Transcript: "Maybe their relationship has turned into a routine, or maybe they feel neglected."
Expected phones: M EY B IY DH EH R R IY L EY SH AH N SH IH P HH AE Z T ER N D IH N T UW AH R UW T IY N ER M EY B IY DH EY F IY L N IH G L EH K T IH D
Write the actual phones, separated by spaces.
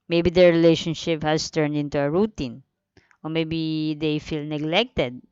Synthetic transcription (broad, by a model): M EY B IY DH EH R R IY L EY SH AH N SH IH P HH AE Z T ER N D IH N T UW AH R UW T IY N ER M EY B IY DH EY F IY L N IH G L EH K T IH D